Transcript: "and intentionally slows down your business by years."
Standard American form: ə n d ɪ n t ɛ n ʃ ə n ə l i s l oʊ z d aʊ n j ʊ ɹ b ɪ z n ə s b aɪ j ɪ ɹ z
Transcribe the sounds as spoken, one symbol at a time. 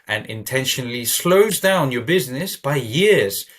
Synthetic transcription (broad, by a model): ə n ɪ n t ɛ n ʃ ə n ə l i s l oʊ z d aʊ n j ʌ ɹ b ɪ z n ə s b aɪ j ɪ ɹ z